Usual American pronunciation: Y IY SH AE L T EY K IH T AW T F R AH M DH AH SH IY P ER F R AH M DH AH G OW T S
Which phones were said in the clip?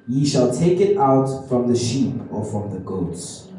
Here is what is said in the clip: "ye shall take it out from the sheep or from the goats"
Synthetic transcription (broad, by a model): Y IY SH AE L T EY K IH T AW T F R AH M DH AH SH IY P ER F R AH M DH AH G OW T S